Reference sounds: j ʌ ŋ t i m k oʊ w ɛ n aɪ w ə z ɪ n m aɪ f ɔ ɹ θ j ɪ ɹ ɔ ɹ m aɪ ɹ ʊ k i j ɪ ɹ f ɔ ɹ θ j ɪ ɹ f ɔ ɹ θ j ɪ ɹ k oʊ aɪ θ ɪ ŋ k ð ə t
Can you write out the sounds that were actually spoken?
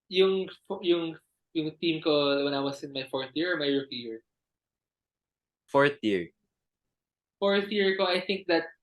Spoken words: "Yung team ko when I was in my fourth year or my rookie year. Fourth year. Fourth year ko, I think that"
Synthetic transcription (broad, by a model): j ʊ ŋ t i m k oʊ w ɛ n aɪ w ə s ɪ n m aɪ f ɔ ɹ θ j ɪ ɹ ɔ ɹ m aɪ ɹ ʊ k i j ɪ ɹ f ɔ ɹ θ j ɪ ɹ f ɔ ɹ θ j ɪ ɹ k oʊ aɪ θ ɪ ŋ k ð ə t